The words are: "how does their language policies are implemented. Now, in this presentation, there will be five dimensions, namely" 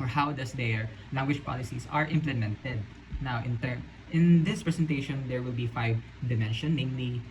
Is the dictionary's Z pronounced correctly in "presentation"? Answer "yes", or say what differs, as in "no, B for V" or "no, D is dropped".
no, S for Z